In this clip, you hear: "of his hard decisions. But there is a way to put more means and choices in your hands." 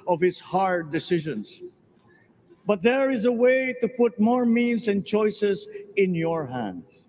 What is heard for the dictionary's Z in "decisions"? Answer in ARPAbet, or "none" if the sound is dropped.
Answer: S